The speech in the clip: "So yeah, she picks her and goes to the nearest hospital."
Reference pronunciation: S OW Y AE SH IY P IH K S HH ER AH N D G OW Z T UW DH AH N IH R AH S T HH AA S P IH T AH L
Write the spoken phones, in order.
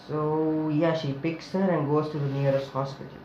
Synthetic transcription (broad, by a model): S OW Y AE SH IY P IH K S HH ER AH N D G OW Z T UW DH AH N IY R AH S T HH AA S P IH T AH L